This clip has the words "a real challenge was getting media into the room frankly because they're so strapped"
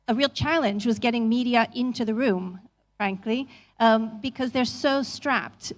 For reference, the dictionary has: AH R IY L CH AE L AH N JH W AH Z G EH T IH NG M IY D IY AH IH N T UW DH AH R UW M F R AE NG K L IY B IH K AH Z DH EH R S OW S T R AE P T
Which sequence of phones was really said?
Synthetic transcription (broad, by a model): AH R IY L CH AE L AH N JH W AH Z G EH T IH NG M IY D IY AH IH N T UW DH AH R UW M F R AE NG K L IY B IH K AH Z DH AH R S OW S T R AE P T